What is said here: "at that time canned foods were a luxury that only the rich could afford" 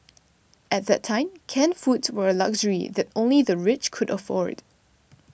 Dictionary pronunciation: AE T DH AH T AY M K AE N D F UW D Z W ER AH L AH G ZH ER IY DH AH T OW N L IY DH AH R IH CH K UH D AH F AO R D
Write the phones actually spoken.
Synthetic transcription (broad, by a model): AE T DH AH T AY M K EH N F UW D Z W ER AH L AH G ZH ER IY DH AH T OW N L IY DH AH R IH CH K UH D AH F AO R D